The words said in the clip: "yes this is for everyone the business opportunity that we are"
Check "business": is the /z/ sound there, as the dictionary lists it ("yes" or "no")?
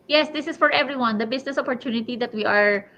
no